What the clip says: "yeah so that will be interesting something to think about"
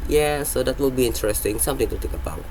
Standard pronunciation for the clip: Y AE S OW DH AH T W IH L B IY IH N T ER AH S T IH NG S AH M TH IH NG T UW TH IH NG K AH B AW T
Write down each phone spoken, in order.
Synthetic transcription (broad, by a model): Y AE S OW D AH T W IH L B IY IH N T ER AH S T IH NG S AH M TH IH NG T UW T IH K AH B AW